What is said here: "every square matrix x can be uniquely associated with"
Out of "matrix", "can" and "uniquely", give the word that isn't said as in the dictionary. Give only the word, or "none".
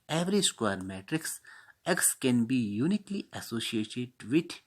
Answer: none